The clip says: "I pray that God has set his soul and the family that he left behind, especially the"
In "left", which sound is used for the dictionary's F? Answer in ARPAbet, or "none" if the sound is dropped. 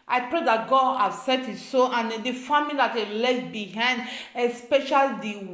none